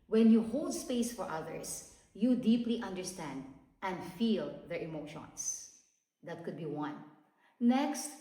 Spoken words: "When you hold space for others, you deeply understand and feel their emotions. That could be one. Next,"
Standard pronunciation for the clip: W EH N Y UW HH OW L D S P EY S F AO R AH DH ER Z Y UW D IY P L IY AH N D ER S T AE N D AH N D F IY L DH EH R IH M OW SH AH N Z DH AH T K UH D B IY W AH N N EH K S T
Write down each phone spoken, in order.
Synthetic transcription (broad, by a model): W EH N Y UW HH OW L D S P EY S F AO R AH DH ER S Y UW D IY P L IY AH N D ER S T AE N D AH N D F IY L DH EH R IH M OW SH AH N S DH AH T K UH D B IY W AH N N EH K S T